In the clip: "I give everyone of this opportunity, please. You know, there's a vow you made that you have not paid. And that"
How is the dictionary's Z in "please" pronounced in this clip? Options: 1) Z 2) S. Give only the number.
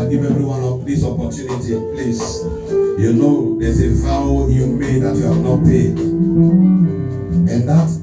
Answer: 2